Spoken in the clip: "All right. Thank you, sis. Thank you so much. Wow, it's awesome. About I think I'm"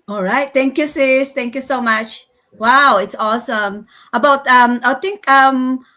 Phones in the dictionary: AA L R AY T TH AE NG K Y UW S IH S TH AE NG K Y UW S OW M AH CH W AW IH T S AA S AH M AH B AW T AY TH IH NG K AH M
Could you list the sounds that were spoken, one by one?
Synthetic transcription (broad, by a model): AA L R AY T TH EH NG K Y UW S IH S T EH NG K Y UW S OW M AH CH W AW IH T S AA S AH M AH B AW T AY T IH NG K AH M